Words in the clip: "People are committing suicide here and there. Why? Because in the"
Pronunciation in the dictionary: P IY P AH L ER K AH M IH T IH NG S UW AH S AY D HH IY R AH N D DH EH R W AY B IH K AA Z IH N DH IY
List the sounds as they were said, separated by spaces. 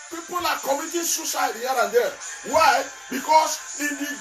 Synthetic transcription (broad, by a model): P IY P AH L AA K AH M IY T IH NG S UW S AY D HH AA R AH N D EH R W AY B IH K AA S IH N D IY